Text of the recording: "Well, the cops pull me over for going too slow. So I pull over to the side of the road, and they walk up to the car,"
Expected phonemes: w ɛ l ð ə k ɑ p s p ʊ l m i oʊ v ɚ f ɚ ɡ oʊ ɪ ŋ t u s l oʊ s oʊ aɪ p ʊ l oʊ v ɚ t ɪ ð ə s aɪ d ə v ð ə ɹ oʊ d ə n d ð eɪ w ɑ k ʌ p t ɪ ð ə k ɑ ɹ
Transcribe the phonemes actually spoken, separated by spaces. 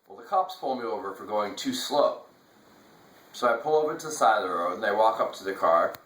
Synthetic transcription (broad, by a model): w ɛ l ð ə k ɑ p s p ʊ l m i oʊ v ɚ f ɚ ɡ oʊ ɪ ŋ t u s l oʊ s oʊ aɪ p ʊ l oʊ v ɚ t ɪ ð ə s aɪ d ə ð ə ɹ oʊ ə n ð eɪ w ɑ k ʌ p t ɪ ð ə k ɑ ɹ